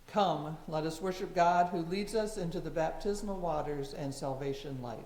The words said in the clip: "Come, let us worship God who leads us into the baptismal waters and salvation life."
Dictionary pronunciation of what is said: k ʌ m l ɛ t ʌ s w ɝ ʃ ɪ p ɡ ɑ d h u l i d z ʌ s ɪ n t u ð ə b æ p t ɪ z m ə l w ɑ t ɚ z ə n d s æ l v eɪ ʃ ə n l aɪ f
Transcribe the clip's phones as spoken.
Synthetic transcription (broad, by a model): k ʌ m l ɛ t ʌ s w ɝ ʃ ɪ p ɡ ɑ d h u l i d z ʌ s ɪ n t u ð ə b æ p t ɪ z m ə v w ɑ t ɚ z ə n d s æ l v eɪ ʃ ə n l aɪ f